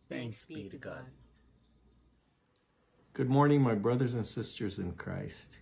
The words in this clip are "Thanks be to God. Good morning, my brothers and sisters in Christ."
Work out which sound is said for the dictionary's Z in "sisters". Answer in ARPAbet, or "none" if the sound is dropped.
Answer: Z